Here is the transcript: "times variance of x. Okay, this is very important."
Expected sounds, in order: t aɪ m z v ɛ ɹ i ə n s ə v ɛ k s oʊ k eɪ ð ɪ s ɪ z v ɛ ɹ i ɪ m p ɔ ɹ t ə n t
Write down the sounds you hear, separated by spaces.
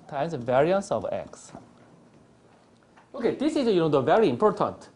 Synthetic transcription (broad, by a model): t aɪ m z v ɛ ɹ i ə n s ə v ɛ k s oʊ k eɪ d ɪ s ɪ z v ɛ ɹ i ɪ m p ɔ ɹ t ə n t